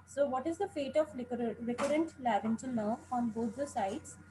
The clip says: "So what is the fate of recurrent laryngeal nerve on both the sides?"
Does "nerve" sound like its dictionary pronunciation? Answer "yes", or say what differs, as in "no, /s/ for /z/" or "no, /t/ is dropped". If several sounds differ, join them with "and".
no, /v/ is dropped